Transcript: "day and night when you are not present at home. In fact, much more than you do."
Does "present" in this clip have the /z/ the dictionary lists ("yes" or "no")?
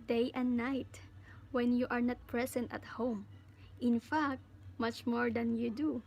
no